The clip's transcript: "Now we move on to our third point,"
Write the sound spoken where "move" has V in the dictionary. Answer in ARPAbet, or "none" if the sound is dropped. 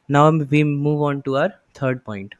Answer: V